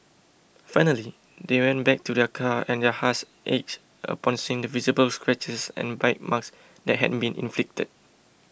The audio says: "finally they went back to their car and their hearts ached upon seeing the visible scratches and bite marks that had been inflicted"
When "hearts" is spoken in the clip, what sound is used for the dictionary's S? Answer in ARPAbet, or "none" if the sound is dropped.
none